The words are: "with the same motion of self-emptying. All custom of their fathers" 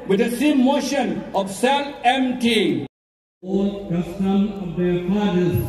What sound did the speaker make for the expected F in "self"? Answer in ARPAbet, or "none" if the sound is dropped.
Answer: none